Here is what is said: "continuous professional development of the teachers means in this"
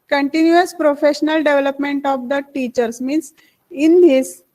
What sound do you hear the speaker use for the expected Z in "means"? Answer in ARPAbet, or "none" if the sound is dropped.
S